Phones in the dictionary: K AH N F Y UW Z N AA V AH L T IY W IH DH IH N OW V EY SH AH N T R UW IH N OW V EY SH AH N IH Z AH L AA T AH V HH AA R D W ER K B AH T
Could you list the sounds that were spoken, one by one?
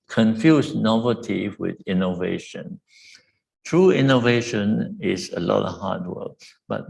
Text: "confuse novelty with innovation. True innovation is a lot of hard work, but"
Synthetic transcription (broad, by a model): K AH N F Y UW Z N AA V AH T IY W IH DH IH N OW V EY SH AH N T R UW IH N OW V EY SH AH N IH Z AH L AA T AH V HH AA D W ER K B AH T